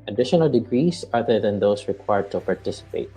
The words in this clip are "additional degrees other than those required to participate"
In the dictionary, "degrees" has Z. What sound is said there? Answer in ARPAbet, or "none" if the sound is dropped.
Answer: S